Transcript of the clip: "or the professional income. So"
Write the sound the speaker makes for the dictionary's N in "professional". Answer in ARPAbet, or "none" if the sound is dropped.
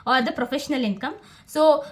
N